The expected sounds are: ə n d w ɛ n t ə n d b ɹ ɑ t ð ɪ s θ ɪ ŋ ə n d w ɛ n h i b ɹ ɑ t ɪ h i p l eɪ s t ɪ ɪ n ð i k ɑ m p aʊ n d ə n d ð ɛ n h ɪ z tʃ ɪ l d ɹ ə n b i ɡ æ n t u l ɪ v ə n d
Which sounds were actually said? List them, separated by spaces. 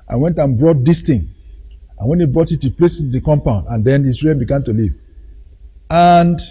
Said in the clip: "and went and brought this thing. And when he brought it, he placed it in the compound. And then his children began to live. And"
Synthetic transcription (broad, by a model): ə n w ɛ n t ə n b ɹ ɑ t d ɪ s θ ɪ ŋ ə n w ɛ n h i b ɹ ɑ t ɪ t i p l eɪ s ɪ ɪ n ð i k ɑ m p aʊ n d ə n d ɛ n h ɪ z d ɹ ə b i ɡ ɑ n t u l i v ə n d